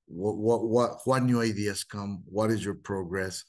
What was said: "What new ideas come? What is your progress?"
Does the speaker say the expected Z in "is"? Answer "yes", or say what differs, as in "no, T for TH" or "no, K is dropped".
yes